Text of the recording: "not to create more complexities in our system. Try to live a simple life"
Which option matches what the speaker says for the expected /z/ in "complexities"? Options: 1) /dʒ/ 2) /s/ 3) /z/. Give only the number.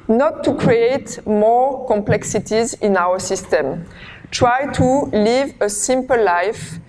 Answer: 3